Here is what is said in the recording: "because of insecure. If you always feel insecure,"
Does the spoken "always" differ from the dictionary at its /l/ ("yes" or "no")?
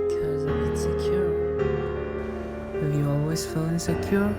no